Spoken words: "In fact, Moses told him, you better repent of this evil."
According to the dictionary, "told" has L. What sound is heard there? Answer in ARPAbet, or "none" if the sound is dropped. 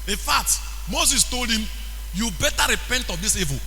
L